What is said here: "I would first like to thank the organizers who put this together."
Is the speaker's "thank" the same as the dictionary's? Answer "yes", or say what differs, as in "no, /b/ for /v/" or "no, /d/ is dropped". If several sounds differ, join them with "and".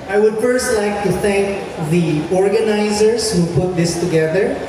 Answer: no, /t/ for /θ/